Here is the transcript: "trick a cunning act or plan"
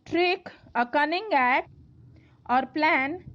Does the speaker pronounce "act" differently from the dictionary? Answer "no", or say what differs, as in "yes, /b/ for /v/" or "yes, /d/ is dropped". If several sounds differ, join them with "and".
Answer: yes, /t/ is dropped